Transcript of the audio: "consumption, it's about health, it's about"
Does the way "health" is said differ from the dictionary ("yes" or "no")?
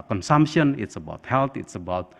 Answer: yes